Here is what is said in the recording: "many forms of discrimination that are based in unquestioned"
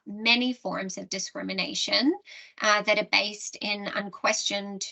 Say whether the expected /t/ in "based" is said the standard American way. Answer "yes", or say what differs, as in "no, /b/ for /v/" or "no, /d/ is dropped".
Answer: yes